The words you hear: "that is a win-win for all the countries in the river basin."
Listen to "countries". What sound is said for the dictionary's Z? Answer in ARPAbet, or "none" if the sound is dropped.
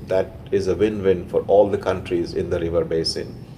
Z